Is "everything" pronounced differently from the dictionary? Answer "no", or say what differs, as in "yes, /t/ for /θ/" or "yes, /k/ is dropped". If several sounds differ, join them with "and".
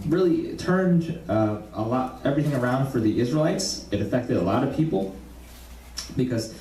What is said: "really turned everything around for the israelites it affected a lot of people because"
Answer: no